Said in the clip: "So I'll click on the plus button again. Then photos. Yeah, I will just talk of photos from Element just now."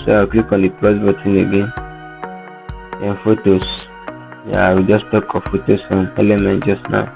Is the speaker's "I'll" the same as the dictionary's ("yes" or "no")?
no